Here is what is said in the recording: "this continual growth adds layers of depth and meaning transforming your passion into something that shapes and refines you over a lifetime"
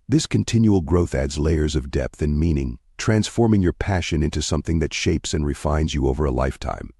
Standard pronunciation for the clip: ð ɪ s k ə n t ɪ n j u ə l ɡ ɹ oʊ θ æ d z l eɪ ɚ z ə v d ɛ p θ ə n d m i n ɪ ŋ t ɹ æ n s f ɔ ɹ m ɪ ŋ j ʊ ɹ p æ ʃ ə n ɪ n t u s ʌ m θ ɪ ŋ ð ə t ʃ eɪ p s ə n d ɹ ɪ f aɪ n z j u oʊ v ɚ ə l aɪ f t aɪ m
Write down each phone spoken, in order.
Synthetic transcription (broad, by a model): ð ɪ s k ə n t ɪ n j u l ɡ ɹ oʊ θ æ d z l eɪ ɚ z ə v d ɛ p θ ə n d m i n ɪ ŋ t ɹ æ n s f ɔ ɹ m ɪ ŋ j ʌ ɹ p æ ʃ ə n ɪ n t u s ʌ m θ ɪ ŋ ð ə t ʃ eɪ p s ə n ɹ ɪ f aɪ n z j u oʊ v ɚ ə l aɪ f t aɪ m